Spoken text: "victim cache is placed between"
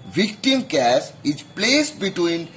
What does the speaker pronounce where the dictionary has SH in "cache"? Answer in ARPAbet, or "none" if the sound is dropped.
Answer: S